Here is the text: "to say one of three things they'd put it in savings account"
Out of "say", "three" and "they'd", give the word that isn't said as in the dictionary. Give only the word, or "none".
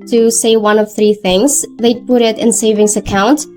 none